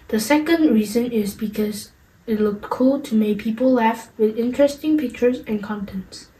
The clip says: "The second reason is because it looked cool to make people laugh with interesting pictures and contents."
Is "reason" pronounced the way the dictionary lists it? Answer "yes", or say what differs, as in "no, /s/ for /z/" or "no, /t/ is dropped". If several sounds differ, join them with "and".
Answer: yes